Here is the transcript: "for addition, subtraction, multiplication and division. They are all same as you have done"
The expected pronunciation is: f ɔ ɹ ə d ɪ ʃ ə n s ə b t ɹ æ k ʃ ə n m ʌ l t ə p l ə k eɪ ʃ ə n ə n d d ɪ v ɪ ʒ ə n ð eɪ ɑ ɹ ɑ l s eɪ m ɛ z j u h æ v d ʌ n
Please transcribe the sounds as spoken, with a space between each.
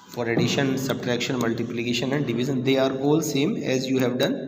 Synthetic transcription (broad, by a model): f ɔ ɹ ə d ɪ ʃ ə n s ə b t ɹ æ k ʃ ə n m ʌ l t ə p l ə k eɪ ʃ ə n ə n d d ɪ v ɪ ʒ ə n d eɪ ɑ ɹ ɑ l s eɪ m ɛ z j u h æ v d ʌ n